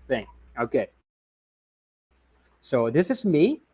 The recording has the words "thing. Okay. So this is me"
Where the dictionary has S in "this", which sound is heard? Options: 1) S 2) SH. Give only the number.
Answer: 1